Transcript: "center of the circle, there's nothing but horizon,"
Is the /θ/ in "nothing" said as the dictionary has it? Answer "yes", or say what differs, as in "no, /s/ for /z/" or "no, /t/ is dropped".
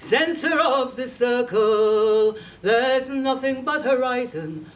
yes